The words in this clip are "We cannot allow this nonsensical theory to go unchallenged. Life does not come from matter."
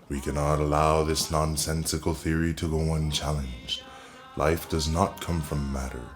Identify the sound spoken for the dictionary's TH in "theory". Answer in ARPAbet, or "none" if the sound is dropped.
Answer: TH